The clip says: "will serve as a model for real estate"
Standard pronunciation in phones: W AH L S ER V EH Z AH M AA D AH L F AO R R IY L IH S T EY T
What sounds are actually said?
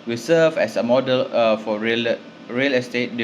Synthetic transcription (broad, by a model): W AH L S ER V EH S AH M AA D AH L F AO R R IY L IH S T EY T